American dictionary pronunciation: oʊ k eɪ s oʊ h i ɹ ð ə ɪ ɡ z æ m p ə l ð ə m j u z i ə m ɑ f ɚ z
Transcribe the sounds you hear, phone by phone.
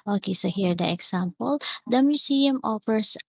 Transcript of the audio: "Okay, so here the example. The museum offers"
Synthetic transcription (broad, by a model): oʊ k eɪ s oʊ h i ɹ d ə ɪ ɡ s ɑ m p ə l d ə m j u s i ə m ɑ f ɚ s